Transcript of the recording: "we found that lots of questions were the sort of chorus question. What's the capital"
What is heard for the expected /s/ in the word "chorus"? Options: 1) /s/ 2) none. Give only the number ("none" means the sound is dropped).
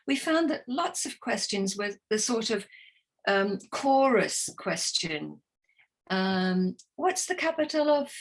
1